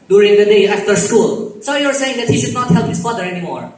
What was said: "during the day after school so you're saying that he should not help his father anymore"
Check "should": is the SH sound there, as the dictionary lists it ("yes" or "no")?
yes